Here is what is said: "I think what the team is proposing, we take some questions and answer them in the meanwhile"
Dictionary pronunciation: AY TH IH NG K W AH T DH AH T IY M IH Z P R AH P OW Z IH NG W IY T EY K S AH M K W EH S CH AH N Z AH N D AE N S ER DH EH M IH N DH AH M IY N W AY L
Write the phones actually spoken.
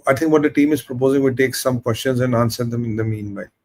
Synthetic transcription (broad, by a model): AY T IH NG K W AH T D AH T IY M IH Z P R AH P OW Z IH NG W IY T EY K S AH M K W EH S CH AH N Z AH N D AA N S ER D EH M IH N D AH M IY N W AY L